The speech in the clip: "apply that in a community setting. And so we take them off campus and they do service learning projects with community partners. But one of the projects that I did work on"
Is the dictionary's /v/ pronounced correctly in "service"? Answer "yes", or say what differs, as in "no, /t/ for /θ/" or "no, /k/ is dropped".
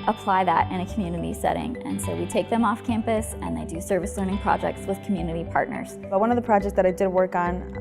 yes